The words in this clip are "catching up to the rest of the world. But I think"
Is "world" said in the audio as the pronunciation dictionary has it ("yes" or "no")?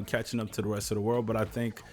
yes